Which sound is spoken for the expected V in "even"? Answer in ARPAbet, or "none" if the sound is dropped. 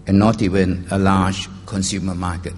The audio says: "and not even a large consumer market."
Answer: W